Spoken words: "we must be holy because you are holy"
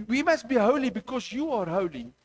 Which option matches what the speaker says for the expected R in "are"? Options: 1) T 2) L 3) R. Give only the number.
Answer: 3